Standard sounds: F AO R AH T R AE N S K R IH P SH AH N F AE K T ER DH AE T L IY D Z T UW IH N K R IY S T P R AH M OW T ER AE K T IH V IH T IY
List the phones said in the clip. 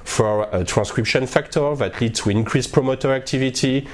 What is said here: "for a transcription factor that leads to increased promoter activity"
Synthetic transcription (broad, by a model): F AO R AH T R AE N S K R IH P SH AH N F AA K T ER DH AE T L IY D T UW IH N K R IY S P R AH M OW T ER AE K T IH V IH T IY